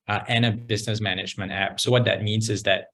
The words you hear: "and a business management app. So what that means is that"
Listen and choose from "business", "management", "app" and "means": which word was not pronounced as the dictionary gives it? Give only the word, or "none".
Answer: none